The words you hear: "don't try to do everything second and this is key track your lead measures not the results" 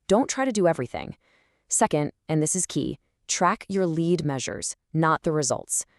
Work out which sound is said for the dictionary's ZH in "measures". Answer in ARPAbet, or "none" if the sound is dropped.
ZH